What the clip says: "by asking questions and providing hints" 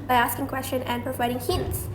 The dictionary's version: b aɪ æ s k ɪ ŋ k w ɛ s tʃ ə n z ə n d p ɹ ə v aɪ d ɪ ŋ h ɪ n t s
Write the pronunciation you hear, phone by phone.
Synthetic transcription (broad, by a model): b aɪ æ s k ɪ ŋ k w ɛ s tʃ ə n ə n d p ɹ ə v aɪ d ɪ ŋ h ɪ n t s